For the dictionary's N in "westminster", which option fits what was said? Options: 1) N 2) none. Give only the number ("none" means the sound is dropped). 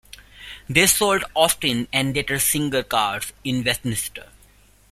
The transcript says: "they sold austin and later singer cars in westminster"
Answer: 2